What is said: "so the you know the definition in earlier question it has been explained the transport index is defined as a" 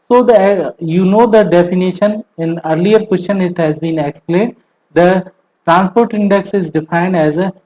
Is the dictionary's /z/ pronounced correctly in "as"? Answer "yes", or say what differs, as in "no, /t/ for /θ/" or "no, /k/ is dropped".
yes